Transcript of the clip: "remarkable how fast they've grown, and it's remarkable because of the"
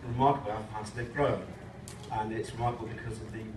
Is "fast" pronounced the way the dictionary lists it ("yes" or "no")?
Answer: no